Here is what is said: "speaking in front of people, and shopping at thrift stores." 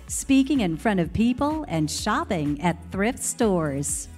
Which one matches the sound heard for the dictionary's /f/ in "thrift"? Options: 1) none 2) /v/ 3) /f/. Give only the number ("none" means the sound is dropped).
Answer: 3